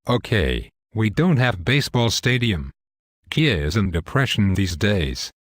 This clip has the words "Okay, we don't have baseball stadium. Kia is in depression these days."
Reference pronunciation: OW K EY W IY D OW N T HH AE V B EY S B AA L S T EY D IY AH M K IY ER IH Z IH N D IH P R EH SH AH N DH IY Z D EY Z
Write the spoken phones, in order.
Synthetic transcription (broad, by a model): OW K EY W IY D OW N T HH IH V B EY S B AA L S T EY D IY AH M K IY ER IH Z IH N D IH P R EH SH AH N DH IY Z D EY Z